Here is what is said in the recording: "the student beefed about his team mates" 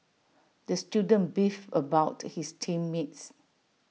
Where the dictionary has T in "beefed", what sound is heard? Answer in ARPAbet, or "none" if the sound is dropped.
none